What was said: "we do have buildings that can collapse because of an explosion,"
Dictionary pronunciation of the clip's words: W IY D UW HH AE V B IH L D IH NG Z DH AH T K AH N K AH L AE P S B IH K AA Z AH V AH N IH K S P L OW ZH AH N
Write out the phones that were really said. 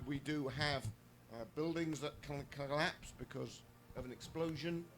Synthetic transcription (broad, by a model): W IY D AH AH V B IH L D IH NG Z DH AH T K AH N K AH L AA P S B IH K AA Z AH V AH N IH K S P L OW ZH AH N